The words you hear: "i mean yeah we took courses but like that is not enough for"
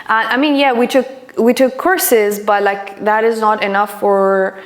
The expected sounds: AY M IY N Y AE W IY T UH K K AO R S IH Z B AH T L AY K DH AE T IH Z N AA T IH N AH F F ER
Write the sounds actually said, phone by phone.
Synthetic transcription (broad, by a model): AY M IY N Y AE W IY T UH K K AO R S IH Z B AH T L AY K DH AE T IH Z N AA T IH N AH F F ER